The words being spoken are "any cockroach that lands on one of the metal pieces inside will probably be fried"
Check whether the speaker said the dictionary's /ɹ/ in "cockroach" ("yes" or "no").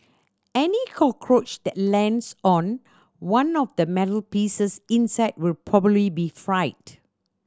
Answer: yes